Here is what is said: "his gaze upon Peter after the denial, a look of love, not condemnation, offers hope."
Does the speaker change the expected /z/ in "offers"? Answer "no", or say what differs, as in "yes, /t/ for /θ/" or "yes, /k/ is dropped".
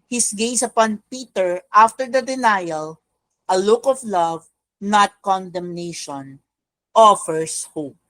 yes, /s/ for /z/